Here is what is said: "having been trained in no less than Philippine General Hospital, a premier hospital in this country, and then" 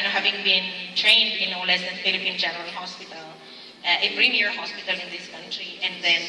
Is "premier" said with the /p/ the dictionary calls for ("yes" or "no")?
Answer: no